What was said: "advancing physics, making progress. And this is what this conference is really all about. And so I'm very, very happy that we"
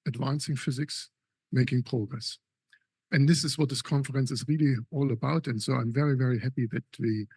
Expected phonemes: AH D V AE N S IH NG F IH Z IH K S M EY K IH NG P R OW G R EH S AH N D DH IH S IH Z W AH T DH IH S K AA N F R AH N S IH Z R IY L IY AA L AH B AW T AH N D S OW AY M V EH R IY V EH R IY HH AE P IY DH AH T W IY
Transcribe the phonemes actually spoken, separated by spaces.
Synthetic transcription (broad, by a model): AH D V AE N S IH NG F IH Z IH K S M EY K IH NG P R OW G R EH S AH N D DH IH S IH Z W AH T DH IH S K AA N F R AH N S IH Z R IY L IY AA L AH B AW T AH N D S OW AY M V EH R IY V EH R IY HH AE P IY DH AH T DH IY